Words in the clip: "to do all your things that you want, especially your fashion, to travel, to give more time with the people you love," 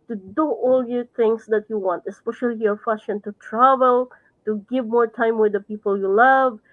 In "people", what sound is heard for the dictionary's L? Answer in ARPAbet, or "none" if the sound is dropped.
L